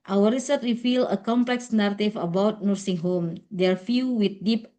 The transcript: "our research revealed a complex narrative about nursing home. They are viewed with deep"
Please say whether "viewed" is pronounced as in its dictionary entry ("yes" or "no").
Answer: no